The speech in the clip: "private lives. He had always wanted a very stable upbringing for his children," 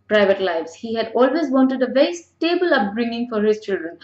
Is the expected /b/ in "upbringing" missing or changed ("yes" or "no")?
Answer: no